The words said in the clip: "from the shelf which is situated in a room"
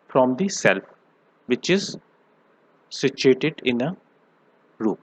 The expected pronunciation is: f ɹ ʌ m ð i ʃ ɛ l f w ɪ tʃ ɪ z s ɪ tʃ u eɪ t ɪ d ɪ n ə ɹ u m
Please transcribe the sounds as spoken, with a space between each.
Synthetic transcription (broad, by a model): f ɹ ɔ m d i s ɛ l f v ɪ tʃ ɪ z s ɪ tʃ u eɪ t ɪ d ɪ n ə ɹ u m